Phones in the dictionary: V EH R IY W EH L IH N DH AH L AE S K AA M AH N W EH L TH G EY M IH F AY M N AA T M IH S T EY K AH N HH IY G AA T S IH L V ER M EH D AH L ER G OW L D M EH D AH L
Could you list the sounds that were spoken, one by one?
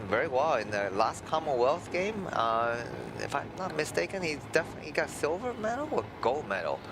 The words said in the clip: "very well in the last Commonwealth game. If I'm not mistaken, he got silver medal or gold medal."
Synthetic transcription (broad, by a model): V EH R IY W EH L IH N DH AH L AE S K AA M AH N W EH L TH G EY M IH F AY M N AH T M IH S T EY K AH N HH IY G AA T S IH L V ER M EH D L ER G OW L M EH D L